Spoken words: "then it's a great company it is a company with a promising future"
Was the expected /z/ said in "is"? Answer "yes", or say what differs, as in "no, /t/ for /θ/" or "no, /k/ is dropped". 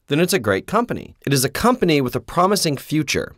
yes